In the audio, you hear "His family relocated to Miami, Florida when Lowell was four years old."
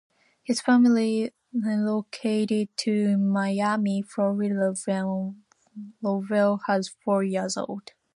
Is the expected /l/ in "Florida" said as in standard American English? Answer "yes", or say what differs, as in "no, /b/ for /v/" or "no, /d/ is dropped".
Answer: no, /l/ is dropped